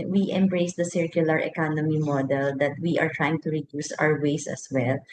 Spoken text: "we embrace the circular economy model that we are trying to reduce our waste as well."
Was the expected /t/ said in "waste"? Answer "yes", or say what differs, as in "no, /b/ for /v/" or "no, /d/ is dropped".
no, /t/ is dropped